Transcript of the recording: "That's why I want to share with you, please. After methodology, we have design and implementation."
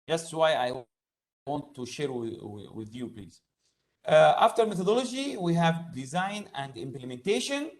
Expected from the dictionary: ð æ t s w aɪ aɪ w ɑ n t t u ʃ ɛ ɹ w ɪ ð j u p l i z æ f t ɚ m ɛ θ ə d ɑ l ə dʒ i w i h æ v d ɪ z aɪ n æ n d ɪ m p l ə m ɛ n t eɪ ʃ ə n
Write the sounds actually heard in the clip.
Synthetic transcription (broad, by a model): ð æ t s w aɪ aɪ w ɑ n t t u ʃ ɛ ɹ w ɪ ð j u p l i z æ f t ɚ m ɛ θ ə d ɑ l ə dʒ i w i h æ v d ɪ z aɪ n æ n d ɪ m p l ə m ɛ n t eɪ ʃ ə n